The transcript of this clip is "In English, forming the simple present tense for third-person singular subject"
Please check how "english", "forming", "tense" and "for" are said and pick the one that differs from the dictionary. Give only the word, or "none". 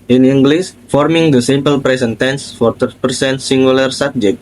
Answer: english